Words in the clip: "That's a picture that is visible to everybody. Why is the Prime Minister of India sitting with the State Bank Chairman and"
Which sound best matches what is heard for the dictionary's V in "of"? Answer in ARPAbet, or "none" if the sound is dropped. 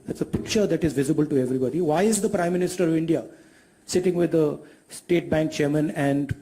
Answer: V